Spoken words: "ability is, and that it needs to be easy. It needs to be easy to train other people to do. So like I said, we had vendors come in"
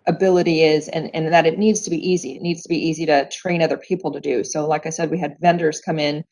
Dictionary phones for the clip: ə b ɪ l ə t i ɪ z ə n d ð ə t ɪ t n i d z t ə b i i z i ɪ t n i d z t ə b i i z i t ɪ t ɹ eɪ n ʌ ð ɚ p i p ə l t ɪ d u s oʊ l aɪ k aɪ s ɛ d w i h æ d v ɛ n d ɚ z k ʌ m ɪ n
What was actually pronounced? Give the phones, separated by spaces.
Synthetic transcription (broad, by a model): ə b ɪ l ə t i ɪ z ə n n ð ə t ɪ t n i d z t ə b i i z i ɪ t n i d z t ə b i i z i t ɪ t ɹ eɪ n ʌ ð ɚ p i p l t ɪ d u s oʊ l aɪ k aɪ s ɛ d w i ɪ d v ɛ n d ɚ z k ʌ m ɪ n